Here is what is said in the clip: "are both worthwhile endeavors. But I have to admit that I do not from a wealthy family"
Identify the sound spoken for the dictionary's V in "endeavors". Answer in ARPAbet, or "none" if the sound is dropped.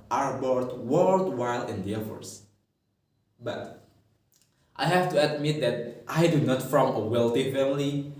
F